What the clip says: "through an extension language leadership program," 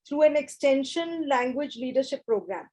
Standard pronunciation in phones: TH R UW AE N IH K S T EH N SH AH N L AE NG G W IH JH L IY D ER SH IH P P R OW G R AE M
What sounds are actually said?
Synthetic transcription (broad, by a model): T R UW AE N IH K S T EH N SH AH N L AE NG G W IH JH L IY D ER SH IH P P R OW G R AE M